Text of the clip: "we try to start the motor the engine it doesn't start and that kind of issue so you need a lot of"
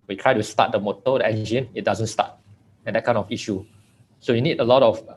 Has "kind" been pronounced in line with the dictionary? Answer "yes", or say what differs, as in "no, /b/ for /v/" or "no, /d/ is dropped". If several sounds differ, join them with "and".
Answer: no, /d/ is dropped